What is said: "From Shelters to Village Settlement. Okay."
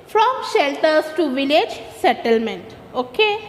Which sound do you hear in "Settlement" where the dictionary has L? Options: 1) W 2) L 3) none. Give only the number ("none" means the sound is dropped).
2